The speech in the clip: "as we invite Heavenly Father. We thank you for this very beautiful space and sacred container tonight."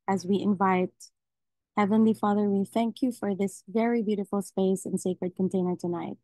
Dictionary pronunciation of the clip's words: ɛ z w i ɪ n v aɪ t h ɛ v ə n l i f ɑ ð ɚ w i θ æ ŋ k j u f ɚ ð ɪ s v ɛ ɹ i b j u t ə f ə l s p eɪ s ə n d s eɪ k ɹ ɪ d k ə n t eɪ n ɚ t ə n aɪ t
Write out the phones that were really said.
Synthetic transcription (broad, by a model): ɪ z w i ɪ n v aɪ t h ɛ v ə n l i f ɑ ð ɚ w i θ æ ŋ k j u f ɚ ð ɪ s v ɛ ɹ i b j u t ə f l s p eɪ s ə n s eɪ k ɹ ɪ d k ə n t eɪ n ɚ t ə n aɪ t